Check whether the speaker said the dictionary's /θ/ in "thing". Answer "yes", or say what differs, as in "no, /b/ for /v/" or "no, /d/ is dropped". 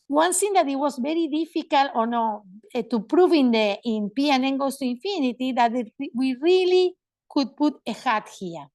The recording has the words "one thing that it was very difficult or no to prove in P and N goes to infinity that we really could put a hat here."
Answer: no, /s/ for /θ/